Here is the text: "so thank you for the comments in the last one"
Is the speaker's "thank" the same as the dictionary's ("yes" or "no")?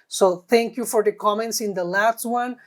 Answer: no